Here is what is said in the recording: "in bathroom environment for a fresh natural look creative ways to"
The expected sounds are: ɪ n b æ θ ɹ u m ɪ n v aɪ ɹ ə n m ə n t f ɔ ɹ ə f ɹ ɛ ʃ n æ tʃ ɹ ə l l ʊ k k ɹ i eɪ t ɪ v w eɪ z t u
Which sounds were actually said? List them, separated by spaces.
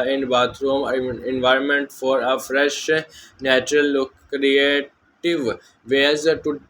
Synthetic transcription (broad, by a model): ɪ n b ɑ t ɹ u m ɪ n v aɪ ɹ ə n m ə n t f ɔ ɹ ə f ɹ ɛ ʃ n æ tʃ ɹ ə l l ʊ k k ɹ i eɪ t ɪ v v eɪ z t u